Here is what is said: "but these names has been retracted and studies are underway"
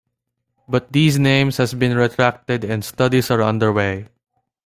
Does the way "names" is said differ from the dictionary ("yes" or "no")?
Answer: yes